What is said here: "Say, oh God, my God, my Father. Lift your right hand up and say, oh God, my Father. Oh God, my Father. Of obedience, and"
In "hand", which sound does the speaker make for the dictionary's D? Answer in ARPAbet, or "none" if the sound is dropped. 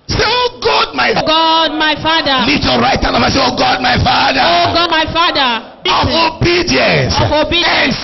none